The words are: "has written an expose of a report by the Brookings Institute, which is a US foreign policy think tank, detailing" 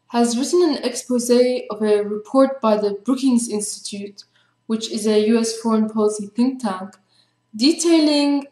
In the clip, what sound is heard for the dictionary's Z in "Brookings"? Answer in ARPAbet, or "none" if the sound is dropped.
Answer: Z